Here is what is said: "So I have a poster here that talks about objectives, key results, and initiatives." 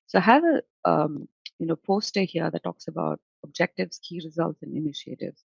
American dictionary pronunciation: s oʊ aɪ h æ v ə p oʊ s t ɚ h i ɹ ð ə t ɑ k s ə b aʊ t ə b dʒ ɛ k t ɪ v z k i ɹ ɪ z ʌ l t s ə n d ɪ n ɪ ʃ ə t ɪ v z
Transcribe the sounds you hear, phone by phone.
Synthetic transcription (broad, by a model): s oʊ h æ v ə p oʊ s t ɚ h i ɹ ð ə t ɑ k s ə b aʊ t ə b dʒ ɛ k t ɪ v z k i ɹ ɪ z ʌ l t s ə n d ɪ n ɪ ʃ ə t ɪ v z